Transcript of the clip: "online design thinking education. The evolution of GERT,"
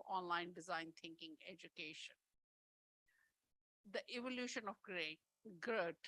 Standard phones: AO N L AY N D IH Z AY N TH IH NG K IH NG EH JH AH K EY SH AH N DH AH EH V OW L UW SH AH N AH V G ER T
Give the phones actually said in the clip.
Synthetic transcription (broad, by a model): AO N L AY N D IH Z AY N T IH NG K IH NG EH JH AH K EY SH AH N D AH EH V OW L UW SH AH N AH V G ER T